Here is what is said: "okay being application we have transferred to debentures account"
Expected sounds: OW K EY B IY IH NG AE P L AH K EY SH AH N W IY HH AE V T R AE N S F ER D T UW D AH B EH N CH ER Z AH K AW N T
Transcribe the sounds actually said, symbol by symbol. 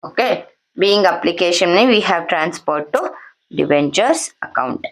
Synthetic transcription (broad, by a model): OW K EY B IY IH NG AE P L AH K EY SH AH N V IY HH AE V T R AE N S P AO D T UW D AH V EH N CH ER S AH K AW N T